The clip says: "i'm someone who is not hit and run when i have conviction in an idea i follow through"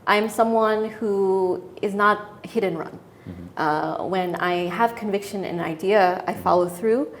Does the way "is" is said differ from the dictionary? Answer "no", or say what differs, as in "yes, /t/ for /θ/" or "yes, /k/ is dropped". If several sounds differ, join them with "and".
no